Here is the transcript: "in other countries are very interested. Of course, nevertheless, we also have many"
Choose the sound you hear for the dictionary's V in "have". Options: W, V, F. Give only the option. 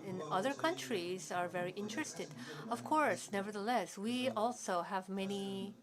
V